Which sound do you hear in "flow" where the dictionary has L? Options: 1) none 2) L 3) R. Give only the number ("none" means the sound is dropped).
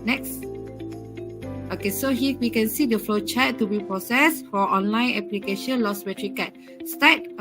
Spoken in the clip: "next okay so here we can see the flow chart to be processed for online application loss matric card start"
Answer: 2